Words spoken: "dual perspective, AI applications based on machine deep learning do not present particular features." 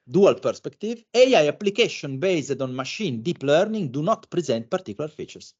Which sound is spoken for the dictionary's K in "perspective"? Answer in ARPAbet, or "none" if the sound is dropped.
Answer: K